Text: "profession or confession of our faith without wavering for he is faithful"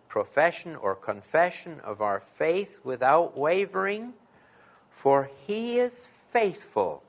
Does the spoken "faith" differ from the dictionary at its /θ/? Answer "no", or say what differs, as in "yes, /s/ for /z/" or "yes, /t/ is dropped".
no